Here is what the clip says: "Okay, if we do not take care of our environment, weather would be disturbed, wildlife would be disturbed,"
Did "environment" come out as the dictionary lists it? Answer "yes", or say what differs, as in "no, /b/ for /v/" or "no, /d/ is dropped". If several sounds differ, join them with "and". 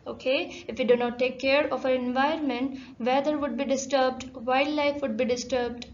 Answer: no, /ɹ/ is dropped